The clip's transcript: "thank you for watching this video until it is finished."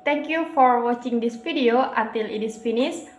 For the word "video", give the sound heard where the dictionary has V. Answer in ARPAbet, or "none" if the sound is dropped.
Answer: F